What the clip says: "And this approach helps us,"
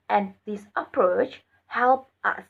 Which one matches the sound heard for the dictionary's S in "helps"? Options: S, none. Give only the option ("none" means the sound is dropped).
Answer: none